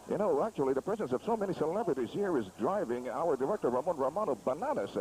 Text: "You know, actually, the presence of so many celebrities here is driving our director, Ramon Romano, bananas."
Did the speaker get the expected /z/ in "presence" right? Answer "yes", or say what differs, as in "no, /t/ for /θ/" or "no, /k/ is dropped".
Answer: yes